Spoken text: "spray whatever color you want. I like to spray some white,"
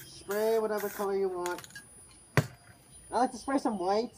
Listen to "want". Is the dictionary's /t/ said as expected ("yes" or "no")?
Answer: yes